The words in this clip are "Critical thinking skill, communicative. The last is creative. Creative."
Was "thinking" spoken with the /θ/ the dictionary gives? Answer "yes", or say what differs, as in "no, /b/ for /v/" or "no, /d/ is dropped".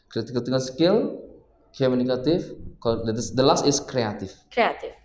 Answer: no, /t/ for /θ/